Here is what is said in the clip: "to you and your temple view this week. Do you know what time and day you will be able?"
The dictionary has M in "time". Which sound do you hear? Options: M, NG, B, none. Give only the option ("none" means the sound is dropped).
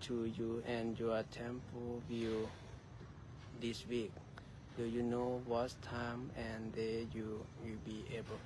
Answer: M